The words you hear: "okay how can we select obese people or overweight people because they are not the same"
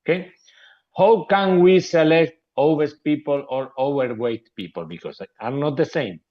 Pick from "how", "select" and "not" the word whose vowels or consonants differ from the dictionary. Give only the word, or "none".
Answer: none